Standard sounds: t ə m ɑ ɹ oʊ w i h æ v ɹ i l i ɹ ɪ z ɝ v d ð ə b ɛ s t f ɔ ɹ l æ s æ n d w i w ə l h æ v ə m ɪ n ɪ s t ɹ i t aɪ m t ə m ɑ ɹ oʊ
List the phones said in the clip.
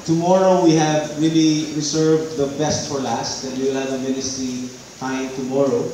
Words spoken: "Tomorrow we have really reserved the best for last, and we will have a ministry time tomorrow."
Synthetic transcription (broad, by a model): t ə m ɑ ɹ oʊ w i h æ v ɹ i l i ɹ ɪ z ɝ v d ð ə b ɛ s t f ɔ ɹ l æ s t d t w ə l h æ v ə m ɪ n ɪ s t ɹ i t aɪ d t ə m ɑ ɹ oʊ